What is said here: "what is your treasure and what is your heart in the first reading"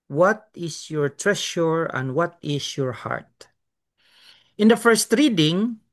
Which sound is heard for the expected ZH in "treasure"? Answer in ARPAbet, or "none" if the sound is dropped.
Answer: SH